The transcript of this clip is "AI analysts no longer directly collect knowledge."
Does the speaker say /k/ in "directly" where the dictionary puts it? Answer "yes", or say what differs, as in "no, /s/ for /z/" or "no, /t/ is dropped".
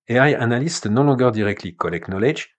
yes